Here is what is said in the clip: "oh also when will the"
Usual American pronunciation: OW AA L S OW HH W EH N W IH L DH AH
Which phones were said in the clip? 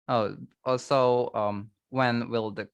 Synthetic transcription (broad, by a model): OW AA S OW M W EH N W IH L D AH